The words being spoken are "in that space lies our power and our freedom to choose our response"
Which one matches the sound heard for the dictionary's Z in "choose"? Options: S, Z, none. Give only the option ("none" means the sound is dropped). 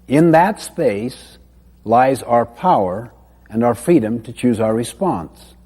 Z